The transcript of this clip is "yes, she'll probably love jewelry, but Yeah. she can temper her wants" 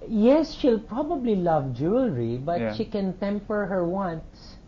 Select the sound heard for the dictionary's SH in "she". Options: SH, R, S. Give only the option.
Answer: SH